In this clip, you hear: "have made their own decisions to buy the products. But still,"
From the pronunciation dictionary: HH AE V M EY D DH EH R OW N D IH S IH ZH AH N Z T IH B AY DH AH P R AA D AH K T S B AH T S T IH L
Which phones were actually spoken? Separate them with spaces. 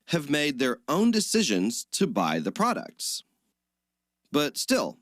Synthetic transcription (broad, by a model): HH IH V M EY D DH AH R OW N D IH S IH ZH AH N Z T IH B AY DH AH P R AA D AH K T S B AH T S T IH L